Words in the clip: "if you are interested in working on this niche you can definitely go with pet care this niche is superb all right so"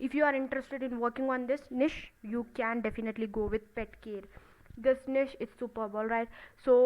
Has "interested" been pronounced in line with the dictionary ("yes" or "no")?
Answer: yes